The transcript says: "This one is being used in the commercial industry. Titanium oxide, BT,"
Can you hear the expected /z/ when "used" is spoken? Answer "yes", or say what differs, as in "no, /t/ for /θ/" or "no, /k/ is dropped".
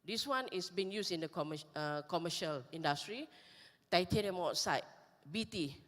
no, /s/ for /z/